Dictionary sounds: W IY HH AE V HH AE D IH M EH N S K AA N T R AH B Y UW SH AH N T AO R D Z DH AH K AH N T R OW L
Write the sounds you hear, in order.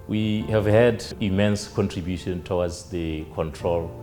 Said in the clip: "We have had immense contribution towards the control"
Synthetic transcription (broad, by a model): W IY HH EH V HH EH D IH M EH N S K AA N T R AH B Y UW SH AH N T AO W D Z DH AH K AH N T R OW L